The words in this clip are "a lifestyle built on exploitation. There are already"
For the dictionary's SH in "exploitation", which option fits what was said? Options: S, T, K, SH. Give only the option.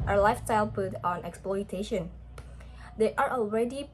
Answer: SH